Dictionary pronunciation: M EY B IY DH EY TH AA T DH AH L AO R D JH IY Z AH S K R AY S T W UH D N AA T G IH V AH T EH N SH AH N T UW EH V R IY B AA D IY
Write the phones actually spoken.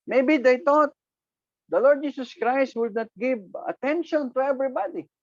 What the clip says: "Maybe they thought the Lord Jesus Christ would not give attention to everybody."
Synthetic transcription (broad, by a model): M EY B IY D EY T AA T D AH L AO R D JH IY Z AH S K R AY S T W UH D N AA T G IH V AH T EH N SH AH N T UW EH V R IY B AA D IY